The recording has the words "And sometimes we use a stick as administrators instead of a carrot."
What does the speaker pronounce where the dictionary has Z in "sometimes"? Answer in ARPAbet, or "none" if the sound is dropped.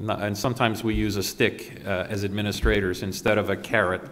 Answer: Z